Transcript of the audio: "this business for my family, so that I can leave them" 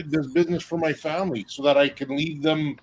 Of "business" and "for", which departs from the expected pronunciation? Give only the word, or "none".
none